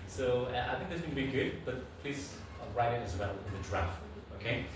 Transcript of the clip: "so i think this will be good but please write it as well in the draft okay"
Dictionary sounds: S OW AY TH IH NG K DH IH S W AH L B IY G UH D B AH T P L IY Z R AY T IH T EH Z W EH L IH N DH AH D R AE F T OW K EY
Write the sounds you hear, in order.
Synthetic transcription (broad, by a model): S OW AY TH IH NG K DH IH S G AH N B IY G UH D B AH T P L IY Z R AY T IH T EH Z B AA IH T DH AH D R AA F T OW K EY